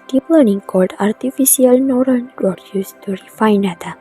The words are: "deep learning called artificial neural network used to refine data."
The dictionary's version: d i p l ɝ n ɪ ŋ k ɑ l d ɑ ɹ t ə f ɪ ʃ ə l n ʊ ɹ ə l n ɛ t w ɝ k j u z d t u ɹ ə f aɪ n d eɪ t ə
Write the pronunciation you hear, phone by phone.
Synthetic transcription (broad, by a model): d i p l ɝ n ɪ ŋ k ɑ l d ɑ ɹ t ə f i s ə l n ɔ ɹ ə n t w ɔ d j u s t u ɹ ə f aɪ n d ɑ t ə